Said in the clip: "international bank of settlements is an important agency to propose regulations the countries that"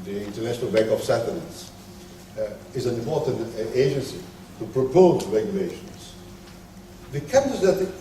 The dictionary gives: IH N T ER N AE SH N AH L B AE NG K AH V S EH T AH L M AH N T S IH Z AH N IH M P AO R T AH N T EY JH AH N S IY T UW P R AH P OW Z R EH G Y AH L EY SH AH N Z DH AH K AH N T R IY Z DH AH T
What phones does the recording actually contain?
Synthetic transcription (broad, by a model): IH N T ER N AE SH N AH L B AE NG K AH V S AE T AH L AH T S IH Z AH N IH M P AO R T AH N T EY JH AH N S IY T UW P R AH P OW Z R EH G Y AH L EY SH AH N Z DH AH K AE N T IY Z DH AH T